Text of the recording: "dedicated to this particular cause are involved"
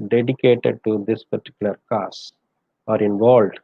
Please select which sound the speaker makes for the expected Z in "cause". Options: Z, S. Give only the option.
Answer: S